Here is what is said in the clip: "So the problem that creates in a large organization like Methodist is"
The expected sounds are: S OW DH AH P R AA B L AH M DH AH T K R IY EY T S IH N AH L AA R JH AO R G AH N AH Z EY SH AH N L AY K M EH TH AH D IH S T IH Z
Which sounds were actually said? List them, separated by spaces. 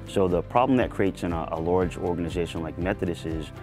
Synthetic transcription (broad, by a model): S OW DH AH P R AA B L AH M DH AH T K R IY EY T S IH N AH L AA R JH AO R G AH N AH Z EY SH AH N L AY K M EH TH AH D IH S IH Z